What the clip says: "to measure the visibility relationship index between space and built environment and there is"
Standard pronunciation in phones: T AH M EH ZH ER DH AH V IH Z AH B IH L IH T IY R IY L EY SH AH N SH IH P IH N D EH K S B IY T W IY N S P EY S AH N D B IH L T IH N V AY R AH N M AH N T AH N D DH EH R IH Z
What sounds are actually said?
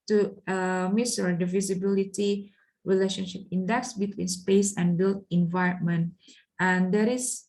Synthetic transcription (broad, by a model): T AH M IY S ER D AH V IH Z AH B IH L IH T IY R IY L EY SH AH N SH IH P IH N D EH K S B IY T W IY N S P EY S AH N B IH L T IH N V AY R AH N M AH N T AH N D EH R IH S